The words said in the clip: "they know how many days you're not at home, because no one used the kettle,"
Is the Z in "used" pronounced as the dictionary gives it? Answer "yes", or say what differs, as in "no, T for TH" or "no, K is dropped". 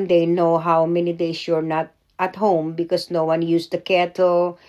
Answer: no, S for Z